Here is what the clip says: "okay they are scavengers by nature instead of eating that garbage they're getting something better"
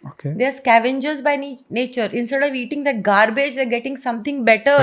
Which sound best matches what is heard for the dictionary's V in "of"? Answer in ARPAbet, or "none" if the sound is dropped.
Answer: V